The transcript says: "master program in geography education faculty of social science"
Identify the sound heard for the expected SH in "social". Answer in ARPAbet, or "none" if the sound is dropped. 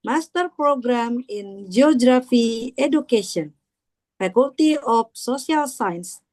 S